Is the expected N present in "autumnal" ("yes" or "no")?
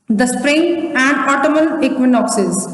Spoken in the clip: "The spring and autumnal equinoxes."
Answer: no